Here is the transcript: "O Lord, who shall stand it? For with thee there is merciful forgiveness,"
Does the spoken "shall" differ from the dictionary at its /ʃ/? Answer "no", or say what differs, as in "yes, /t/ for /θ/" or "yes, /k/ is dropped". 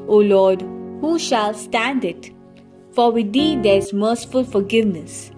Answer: no